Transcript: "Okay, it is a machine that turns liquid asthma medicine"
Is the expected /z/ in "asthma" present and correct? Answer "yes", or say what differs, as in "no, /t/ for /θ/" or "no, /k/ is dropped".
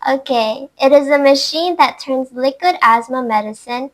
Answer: yes